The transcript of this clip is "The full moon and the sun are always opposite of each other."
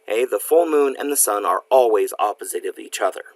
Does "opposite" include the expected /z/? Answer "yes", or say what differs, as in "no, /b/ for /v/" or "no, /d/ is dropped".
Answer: yes